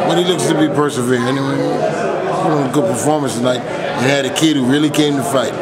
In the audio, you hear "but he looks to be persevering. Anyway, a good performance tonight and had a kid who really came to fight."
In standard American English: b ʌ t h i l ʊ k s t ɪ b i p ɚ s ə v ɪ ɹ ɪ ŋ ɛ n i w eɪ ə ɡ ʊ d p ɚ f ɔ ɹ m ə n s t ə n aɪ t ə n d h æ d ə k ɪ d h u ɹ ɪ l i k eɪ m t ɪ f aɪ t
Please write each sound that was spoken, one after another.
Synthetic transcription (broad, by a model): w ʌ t h i l ʊ k s t ɪ b i p ɚ s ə v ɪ ɹ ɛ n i w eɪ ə ɡ ʊ d p ɚ f ɔ ɹ m ə n s t ə n aɪ t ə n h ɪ d ə k ɪ d h u ɹ ɪ l i k eɪ m t ɪ f aɪ t